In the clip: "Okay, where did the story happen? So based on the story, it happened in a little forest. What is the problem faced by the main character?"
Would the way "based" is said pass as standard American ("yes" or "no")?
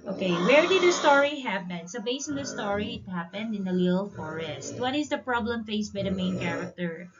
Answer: no